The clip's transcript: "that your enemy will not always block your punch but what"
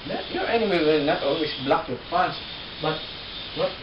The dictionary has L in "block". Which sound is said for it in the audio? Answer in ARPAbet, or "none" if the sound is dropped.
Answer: L